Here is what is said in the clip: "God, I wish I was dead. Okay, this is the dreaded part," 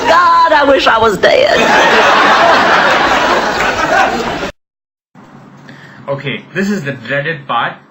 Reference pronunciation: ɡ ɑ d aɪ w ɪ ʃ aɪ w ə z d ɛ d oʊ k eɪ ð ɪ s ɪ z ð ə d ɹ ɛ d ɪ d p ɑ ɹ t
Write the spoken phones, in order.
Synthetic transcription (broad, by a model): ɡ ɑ d aɪ w ɪ ʃ aɪ w ə z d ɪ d oʊ k eɪ ð ɪ s ɪ z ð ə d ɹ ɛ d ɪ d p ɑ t